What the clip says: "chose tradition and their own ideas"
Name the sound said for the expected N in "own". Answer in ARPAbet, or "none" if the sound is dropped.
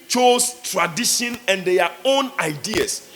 N